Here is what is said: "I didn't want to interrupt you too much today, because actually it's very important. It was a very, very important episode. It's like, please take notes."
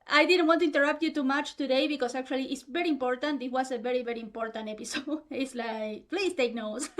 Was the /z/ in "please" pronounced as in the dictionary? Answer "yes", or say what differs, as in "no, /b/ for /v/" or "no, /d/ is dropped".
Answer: no, /s/ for /z/